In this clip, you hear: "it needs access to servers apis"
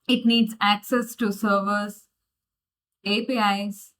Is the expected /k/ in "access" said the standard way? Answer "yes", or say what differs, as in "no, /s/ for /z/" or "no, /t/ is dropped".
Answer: yes